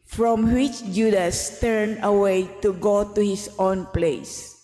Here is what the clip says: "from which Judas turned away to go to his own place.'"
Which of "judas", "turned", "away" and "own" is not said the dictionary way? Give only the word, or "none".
turned